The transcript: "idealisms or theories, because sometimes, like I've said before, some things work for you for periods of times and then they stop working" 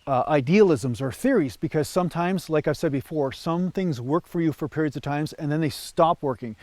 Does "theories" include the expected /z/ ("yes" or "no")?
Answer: yes